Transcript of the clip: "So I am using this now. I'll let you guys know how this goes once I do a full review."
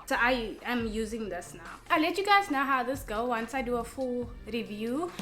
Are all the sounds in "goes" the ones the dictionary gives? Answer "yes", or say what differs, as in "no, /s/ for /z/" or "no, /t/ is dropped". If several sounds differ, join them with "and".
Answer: no, /z/ is dropped